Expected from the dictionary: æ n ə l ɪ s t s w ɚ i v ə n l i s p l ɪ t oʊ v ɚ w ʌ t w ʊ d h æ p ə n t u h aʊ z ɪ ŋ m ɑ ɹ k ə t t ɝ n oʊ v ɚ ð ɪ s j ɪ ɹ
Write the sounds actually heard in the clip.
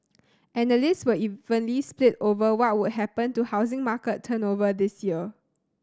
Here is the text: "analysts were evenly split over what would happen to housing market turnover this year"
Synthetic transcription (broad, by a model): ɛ n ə l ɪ s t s w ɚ i v ə n l i s p l ɪ t oʊ v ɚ w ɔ t w ʊ d h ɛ p ə n t u h aʊ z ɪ ŋ m ɑ k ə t t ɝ n oʊ v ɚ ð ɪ s j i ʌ